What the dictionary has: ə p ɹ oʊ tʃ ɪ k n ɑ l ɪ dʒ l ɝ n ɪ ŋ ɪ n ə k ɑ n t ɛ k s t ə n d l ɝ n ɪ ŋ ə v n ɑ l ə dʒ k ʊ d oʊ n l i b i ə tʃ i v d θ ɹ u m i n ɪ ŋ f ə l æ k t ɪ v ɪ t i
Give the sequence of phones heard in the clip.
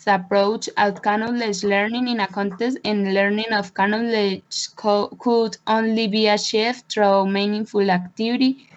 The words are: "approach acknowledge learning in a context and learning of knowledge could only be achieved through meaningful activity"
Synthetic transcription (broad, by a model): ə p ɹ oʊ tʃ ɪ k n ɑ l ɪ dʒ l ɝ n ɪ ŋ ɪ n ə k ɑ n t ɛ s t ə n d l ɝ n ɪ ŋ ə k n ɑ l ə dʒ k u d oʊ n l i b i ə ʃ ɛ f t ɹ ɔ m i n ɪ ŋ f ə l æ k t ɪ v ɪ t i